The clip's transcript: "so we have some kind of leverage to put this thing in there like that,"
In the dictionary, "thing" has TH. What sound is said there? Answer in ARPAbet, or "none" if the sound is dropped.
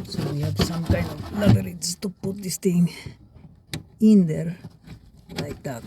T